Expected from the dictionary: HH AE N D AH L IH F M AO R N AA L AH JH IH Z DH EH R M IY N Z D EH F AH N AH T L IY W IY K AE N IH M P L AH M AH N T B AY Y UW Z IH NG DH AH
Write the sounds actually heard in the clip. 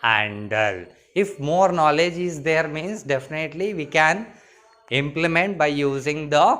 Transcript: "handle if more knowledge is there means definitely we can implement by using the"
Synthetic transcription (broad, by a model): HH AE N D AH L IH F M AO R N AA L AH JH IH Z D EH R M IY N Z D EH F AH N AH T L IY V IY K AE N IH M P L AH M AH N T B AY Y UW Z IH NG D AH